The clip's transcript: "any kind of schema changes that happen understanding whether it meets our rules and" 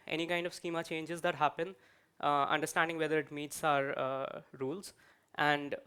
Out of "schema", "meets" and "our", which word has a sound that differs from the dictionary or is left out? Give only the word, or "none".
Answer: none